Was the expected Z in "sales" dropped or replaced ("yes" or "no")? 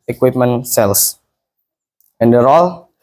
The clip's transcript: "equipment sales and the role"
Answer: yes